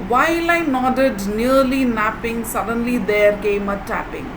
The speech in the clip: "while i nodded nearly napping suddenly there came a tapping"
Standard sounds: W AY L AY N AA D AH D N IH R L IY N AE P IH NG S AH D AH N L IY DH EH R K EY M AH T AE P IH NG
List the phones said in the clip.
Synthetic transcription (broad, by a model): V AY L AY N AA D AH D N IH R L IY N AE P IH NG S AH D AH N L IY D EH R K EY M AH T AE P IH NG